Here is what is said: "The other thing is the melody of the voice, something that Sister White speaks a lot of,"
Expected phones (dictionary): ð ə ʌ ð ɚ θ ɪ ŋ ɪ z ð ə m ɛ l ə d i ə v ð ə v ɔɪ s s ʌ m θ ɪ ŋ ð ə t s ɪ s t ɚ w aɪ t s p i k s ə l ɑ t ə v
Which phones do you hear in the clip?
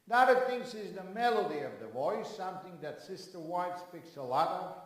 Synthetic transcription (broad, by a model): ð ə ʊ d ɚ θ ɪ ŋ ɪ z ð ə m ɛ l ə d i ə v ð ə v ɔɪ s s ʌ m θ ɪ ŋ ð ə t s ɪ s t ɚ w aɪ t s p i k s ə l ɑ t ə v